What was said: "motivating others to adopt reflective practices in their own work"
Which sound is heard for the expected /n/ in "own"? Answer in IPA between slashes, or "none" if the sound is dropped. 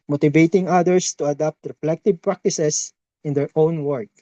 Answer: /n/